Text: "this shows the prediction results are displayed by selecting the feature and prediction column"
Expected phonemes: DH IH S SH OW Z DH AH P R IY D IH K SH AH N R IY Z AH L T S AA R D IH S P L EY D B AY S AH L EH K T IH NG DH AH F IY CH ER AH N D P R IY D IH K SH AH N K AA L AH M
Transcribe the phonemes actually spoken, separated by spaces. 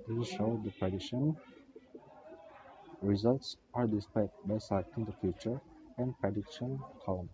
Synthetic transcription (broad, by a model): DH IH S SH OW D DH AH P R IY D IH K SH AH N R IY Z AH L T S AA R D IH S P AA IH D B AY S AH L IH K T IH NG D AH F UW CH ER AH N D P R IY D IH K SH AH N K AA L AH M